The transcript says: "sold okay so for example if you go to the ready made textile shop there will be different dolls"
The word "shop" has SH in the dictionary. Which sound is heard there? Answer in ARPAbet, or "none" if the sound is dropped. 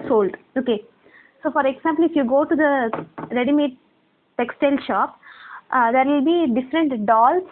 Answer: SH